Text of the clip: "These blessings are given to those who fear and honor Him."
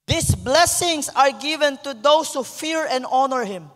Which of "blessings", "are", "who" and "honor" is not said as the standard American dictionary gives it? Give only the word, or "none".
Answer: blessings